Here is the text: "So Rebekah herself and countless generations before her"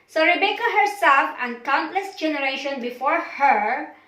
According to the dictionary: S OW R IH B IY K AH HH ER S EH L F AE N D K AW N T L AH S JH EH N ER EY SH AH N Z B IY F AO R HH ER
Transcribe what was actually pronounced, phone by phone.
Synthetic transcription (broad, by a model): S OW R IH B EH K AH HH ER S EH L F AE N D K AW N T L AH S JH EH N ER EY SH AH N B IY F AO R HH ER